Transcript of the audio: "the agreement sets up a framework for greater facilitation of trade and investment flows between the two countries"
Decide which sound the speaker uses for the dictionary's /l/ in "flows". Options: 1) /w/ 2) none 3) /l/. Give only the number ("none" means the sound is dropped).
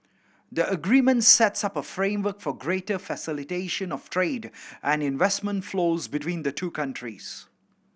3